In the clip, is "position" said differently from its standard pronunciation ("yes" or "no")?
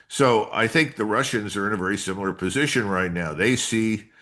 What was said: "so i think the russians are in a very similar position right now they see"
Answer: no